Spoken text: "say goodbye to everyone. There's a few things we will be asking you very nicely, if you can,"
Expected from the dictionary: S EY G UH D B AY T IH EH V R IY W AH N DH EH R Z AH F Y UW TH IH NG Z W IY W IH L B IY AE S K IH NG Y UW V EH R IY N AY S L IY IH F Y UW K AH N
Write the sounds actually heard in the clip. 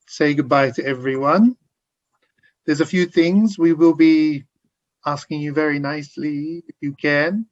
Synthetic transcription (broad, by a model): S EY G UH D B AY T IH EH V R IY W AH N DH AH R Z AH F Y UW TH IH NG Z W IY W IH L B IY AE S K IH NG Y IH V EH R IY N AY S L IY IH F Y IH K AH N